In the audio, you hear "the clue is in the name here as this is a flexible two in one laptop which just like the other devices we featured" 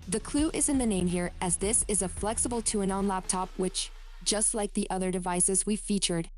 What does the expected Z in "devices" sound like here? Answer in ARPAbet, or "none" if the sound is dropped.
Z